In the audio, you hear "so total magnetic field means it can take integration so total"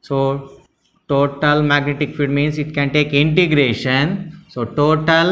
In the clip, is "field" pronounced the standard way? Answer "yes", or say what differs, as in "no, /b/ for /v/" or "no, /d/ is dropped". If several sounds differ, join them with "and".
no, /l/ is dropped